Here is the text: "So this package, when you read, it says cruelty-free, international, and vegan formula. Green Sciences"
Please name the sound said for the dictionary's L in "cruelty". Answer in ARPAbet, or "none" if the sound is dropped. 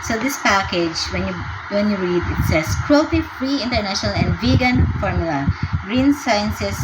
none